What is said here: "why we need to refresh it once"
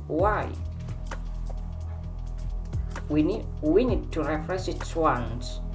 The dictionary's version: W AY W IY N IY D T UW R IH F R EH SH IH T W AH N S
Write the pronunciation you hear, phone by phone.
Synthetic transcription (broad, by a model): W AY W IY N IY D T UW R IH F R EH S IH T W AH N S